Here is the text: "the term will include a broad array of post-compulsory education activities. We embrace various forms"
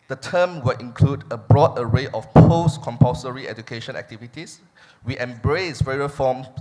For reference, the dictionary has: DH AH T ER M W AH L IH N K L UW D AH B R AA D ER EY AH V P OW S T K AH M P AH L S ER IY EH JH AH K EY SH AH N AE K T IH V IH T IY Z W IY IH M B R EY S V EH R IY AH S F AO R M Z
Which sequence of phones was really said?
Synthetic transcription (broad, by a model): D AH T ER M W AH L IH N K L UW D AH B R AA D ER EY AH F P OW S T K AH M P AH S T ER IY EH JH AH K EY SH AH N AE K T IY V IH T IY S W IY IH M B R EY S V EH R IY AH F AO M